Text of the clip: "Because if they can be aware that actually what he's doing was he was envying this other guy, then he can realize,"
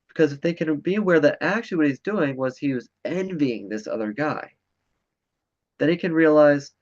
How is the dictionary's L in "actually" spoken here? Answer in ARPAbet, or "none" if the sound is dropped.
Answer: none